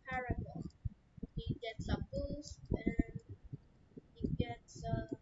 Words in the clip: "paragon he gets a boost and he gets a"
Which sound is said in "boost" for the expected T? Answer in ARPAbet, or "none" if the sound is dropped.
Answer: none